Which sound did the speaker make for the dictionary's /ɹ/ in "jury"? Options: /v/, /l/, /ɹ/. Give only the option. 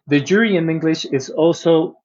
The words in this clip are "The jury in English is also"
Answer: /ɹ/